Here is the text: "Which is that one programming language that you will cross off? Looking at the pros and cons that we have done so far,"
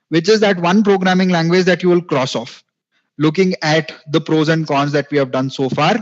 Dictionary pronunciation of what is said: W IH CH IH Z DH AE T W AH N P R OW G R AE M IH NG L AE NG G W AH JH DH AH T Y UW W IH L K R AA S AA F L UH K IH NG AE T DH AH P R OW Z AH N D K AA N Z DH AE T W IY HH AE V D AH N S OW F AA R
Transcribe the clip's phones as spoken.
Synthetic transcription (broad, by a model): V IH CH IH Z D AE T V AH N P R OW G R AE M IH NG L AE NG G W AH JH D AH T Y UW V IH L K R AA S AA F L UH K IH NG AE T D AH P R OW Z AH N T K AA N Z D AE T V IY HH AE V D AH N S OW F AA R